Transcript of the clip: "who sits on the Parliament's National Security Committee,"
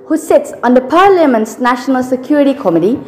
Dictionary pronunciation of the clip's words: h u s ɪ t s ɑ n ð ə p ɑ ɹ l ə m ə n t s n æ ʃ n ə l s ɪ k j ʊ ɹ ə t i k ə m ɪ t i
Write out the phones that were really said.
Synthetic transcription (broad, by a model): h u s ɪ t s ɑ n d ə p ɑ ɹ l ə m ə n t s n æ ʃ n ə l s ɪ k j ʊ ɹ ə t i k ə m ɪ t i